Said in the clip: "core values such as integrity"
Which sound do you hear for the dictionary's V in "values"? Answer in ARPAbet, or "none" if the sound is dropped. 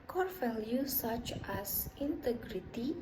F